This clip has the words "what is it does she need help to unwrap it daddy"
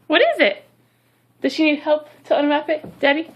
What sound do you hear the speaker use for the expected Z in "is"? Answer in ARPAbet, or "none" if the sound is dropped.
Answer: Z